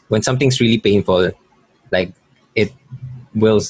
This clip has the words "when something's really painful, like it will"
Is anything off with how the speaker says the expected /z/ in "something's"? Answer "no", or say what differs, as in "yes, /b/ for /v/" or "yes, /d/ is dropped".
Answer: yes, /s/ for /z/